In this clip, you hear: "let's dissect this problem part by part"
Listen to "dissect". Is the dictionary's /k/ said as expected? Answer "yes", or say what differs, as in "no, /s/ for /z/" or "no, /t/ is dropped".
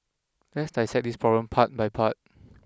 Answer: no, /k/ is dropped